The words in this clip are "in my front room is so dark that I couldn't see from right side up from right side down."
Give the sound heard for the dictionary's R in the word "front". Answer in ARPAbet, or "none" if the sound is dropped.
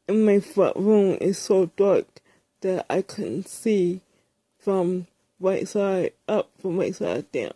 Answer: none